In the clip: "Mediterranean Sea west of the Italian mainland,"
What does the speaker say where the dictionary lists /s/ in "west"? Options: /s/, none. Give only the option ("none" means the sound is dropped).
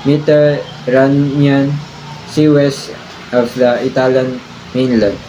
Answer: /s/